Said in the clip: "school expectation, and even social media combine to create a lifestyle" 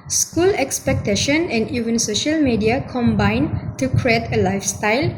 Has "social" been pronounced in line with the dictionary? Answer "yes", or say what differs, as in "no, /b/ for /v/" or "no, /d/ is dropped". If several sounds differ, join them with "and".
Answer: yes